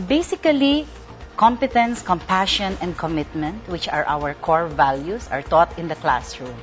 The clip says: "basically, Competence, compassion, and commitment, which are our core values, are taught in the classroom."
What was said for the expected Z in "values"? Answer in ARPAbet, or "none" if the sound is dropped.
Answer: S